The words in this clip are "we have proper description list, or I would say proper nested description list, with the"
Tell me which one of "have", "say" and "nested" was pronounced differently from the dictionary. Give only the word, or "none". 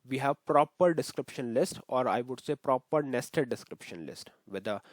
none